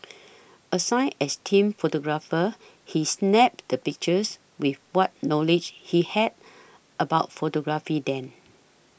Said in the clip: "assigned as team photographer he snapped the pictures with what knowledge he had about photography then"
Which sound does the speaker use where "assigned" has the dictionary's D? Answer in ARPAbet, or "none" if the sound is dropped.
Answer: none